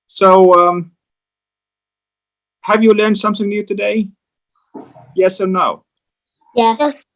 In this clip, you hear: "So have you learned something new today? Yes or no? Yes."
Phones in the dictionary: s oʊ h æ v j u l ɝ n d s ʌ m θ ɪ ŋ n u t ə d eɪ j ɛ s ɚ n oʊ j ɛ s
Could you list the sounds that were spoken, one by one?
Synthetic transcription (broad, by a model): s oʊ h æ v j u l ɝ n d s ʌ m θ ɪ ŋ n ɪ t ə d eɪ j ɛ s ɚ n oʊ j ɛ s